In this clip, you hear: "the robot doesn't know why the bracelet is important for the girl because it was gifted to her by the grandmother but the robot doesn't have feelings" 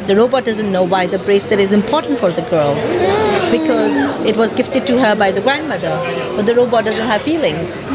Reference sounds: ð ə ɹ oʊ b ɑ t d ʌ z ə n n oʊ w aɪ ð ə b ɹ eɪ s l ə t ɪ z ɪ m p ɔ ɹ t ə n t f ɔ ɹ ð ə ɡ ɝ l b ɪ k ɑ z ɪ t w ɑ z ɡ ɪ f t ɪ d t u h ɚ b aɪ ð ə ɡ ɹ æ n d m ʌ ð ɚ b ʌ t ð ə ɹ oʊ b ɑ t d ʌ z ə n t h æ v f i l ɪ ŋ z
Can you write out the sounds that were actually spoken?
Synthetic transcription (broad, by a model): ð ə ɹ oʊ b ɑ t d ʌ z ə n n oʊ w aɪ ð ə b ɹ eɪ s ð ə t ɪ z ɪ m p ɔ ɹ t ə n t f ɔ ɹ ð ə ɡ ɝ l b ɪ k ɑ z ɪ t w ɑ z ɡ ɪ f t ɪ d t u h ɚ b aɪ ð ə ɡ ɹ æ n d m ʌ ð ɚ b ʌ t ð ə ɹ oʊ b ɑ t d ʌ z ə n t h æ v f i l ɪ ŋ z